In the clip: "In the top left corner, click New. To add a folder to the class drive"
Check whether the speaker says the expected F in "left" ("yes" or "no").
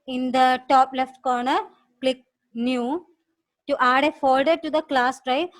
yes